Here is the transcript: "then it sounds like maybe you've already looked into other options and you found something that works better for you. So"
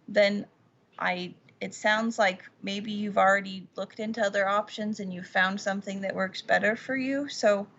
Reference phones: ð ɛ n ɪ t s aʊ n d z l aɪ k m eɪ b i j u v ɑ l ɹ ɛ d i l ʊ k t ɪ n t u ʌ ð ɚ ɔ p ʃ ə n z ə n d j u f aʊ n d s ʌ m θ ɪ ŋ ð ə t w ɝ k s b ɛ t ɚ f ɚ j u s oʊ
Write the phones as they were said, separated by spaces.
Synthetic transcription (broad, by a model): ð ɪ n ɪ t s aʊ n d z l aɪ k m eɪ b i j u v l ɹ ɛ d i l ʊ k t ɪ n t u ʌ ð ɚ ɔ p ʃ ə n z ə n j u f aʊ n d s ʌ m θ ɪ ŋ ð ə t w ɝ k s b ɛ t ɚ f ɚ j u s oʊ